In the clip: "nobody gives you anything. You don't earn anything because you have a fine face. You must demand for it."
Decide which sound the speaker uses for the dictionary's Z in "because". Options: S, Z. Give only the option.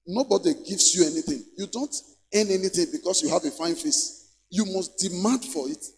S